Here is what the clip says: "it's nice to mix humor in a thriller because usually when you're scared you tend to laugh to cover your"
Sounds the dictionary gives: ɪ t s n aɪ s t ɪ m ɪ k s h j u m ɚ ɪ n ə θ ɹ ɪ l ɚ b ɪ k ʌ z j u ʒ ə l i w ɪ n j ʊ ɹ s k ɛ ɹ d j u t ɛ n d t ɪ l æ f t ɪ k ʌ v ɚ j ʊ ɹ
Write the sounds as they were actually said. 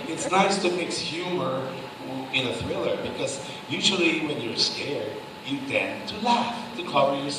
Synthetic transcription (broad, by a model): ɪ t s n aɪ s t ɪ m ɪ k s h j u m ɚ ɪ n ə θ ɹ ɪ l ɚ b ɪ k ʌ z j u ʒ l i w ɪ n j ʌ ɹ s k ɛ ɹ d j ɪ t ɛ n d t ɪ l æ f t ɪ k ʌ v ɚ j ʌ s